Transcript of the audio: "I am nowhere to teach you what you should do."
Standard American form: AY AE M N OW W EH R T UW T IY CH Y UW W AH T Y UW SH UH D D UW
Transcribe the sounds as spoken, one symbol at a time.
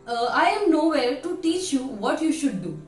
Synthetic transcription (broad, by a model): AY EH M N OW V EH L T UW T IY CH Y UW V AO T Y UW SH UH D D UW